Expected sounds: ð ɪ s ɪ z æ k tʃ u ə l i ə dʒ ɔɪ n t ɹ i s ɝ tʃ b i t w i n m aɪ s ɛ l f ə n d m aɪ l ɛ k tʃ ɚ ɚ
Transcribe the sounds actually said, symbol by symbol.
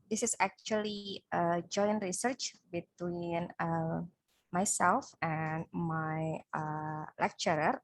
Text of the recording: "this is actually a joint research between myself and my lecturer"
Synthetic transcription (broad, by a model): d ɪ s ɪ s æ k tʃ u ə l i ə dʒ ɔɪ n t ɹ i s ɝ tʃ b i t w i n m aɪ s ɛ l f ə n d m aɪ l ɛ k tʃ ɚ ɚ